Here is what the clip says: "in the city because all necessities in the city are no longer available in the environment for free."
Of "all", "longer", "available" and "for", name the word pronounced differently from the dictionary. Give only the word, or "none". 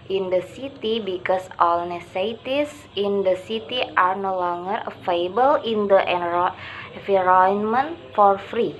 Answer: available